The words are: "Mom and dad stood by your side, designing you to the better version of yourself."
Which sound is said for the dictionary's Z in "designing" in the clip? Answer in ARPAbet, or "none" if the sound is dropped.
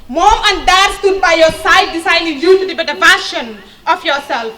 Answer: S